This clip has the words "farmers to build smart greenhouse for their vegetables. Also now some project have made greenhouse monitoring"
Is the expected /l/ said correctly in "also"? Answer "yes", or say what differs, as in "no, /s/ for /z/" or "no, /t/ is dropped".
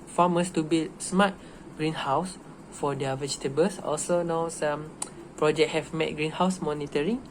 yes